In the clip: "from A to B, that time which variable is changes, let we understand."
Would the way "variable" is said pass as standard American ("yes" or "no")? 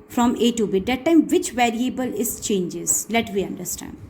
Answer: yes